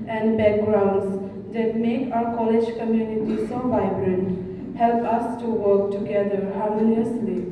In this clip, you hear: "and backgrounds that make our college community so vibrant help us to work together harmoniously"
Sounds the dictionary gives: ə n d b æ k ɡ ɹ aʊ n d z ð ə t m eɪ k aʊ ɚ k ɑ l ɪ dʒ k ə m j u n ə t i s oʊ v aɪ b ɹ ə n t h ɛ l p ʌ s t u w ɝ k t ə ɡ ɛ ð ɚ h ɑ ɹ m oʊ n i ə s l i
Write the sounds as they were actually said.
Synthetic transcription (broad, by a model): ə n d b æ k ɡ ɹ aʊ n d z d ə t m eɪ k aʊ ɚ k ɑ l ɪ dʒ k ə m j u n ə t i s oʊ v aɪ b ɹ ə n t h ɛ l p ʌ s t u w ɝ k t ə ɡ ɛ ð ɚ h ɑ ɹ m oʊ n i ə s l i